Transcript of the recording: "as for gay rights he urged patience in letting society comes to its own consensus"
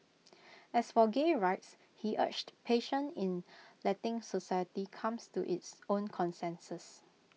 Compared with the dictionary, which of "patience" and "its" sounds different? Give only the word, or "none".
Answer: patience